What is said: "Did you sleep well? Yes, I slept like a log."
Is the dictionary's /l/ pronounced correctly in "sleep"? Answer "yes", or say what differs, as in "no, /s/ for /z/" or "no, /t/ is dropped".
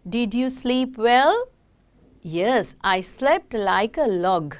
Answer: yes